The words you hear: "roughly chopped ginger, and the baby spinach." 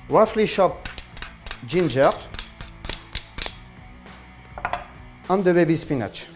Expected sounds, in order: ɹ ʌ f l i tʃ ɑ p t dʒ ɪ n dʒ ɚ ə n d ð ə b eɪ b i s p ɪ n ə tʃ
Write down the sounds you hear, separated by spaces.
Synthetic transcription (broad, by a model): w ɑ f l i ʃ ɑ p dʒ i n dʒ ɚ ə n d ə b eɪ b i s p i n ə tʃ